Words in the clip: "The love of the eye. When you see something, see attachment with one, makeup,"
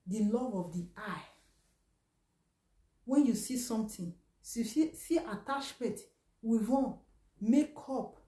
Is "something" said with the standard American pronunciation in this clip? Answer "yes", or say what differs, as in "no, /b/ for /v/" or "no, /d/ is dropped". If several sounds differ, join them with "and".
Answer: no, /t/ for /θ/